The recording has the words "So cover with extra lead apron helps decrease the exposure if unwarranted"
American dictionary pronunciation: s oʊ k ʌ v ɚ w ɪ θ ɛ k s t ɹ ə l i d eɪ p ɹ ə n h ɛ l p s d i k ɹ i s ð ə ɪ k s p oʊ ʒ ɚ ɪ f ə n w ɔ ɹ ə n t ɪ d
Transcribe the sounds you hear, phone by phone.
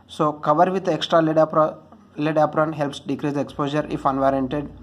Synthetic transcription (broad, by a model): s oʊ k ʌ v ɚ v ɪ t ɛ k s t ɹ ə l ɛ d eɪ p ɹ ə n h ɛ l p s d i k ɹ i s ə k s p oʊ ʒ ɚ ɪ f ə n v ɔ ɹ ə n t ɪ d